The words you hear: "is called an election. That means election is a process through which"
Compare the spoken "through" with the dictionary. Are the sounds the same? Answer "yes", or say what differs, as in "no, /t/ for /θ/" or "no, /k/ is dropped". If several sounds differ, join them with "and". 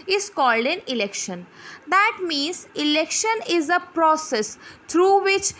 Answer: no, /t/ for /θ/